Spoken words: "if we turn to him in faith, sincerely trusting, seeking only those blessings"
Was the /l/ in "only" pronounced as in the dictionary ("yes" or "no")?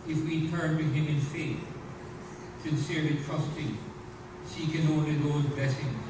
no